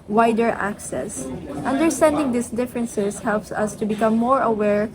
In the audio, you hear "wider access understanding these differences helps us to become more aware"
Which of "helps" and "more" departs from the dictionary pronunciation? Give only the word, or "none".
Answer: none